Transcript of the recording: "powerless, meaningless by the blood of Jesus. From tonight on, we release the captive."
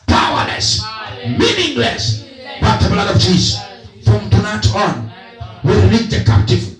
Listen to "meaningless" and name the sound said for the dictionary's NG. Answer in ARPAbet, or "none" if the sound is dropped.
NG